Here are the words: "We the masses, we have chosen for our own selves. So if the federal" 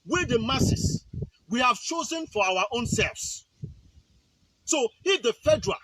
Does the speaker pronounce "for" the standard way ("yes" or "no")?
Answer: no